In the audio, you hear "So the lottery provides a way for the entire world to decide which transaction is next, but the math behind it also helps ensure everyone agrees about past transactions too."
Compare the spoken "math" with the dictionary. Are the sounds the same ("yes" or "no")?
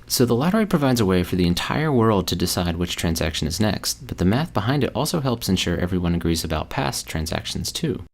yes